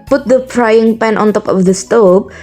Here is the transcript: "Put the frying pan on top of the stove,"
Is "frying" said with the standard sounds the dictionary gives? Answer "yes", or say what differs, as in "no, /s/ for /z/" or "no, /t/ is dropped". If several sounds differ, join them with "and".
no, /p/ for /f/